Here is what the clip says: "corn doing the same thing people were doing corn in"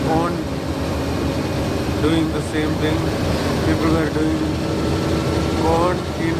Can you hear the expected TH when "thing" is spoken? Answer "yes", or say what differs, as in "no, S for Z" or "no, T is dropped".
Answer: no, T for TH